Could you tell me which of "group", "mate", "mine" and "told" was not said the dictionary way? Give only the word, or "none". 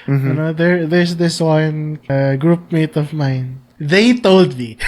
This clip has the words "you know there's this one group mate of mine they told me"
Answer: none